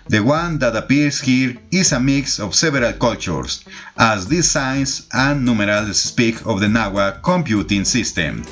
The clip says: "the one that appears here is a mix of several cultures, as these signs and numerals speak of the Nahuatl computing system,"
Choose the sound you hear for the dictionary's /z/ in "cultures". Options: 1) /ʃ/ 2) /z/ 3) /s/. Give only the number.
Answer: 3